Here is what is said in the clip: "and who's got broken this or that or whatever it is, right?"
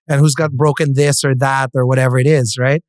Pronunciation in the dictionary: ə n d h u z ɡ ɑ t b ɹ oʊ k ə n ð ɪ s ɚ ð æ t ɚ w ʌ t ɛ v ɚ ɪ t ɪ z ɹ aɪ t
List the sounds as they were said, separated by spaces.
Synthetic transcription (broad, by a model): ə n h u z ɡ ɑ t b ɹ oʊ k ə n ð ɪ s ɚ ð æ t ɚ w ʌ t ɛ v ɚ ɪ t ɪ z ɹ aɪ t